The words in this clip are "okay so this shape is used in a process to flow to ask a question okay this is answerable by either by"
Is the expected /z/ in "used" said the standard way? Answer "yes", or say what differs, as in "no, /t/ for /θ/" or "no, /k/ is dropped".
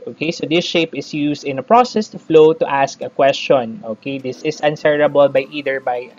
no, /s/ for /z/